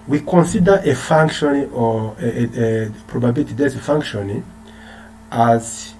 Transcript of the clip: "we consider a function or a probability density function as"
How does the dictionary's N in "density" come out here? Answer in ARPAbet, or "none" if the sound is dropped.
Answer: none